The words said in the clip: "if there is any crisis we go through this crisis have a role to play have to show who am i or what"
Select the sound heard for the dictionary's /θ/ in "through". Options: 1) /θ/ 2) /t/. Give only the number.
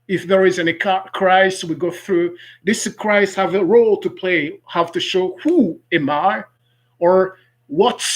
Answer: 1